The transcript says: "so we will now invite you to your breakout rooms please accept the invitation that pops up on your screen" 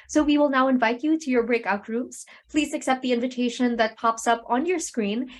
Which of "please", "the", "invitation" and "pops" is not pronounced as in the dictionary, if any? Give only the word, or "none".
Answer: none